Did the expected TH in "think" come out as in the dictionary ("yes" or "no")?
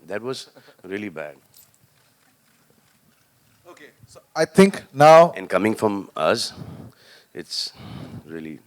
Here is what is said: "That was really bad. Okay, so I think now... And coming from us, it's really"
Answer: no